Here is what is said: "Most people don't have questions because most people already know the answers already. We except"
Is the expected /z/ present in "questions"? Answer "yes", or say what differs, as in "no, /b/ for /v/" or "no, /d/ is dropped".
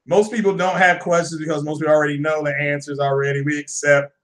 yes